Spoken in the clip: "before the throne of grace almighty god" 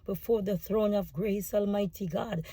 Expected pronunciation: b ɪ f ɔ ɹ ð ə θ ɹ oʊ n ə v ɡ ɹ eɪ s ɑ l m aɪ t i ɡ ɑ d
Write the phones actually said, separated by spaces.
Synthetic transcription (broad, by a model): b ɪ f ɔ ɹ ð ə θ ɹ oʊ n ə v ɡ ɹ eɪ s ɑ l m aɪ t i ɡ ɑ d